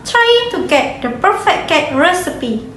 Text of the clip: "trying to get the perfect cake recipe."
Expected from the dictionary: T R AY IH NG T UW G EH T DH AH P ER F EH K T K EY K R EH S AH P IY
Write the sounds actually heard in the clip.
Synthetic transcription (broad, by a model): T R AY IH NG T UW G EH T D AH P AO F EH T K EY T R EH S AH P IY